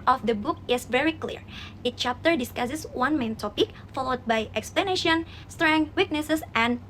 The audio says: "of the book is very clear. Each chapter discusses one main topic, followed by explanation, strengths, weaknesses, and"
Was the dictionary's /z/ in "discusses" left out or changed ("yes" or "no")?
yes